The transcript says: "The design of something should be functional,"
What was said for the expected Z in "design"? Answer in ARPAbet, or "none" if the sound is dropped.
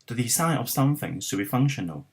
S